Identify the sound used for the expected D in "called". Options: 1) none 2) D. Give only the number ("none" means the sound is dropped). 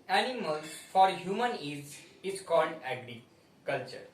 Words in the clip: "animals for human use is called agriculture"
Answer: 2